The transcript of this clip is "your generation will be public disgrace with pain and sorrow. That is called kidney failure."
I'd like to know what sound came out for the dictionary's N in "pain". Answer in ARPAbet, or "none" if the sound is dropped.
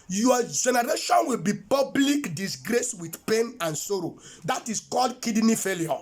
N